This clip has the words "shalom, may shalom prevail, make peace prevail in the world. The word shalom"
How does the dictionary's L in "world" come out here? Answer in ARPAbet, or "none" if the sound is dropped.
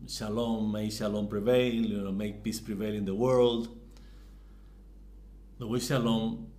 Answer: L